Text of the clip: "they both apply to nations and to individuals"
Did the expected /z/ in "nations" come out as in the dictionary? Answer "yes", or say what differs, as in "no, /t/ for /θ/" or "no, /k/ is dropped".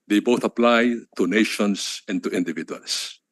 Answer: no, /s/ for /z/